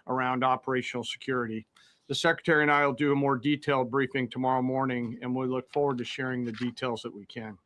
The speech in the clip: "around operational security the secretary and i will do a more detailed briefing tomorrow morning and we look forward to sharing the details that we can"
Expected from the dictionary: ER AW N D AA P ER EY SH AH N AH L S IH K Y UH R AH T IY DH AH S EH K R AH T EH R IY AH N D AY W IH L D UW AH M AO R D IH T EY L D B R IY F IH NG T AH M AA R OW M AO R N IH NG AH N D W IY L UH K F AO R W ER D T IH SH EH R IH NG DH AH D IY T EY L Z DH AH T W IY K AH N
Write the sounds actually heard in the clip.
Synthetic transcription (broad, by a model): ER AW N D AA P ER EY SH N L S IH K Y UH R AH T IY DH AH S EH K R AH T EH R IY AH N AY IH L D AH M AO R D IH T EY L D B R IY F IH NG T AH M AA R OW M AO R N IH NG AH N W IY L UH K F AO R W ER D T IH SH EH R IH NG DH AH D IY T EY L Z DH AH T W IY K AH N